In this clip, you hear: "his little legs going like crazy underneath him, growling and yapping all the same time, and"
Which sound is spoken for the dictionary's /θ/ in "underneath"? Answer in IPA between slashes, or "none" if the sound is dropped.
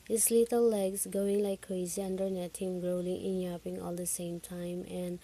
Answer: /t/